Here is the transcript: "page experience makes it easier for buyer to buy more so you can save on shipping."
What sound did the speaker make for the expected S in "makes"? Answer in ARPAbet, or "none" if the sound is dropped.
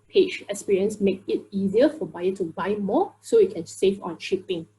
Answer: none